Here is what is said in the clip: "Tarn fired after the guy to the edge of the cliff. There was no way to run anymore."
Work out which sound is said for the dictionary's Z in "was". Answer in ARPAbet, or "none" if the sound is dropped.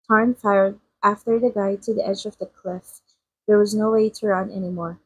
Z